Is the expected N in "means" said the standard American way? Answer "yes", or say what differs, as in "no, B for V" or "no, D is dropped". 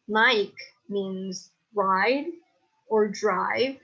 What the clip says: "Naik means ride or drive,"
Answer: yes